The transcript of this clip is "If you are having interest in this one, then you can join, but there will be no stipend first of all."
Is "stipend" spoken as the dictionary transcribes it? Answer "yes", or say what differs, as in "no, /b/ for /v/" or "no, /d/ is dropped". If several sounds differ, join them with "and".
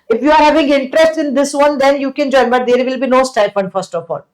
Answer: no, /f/ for /p/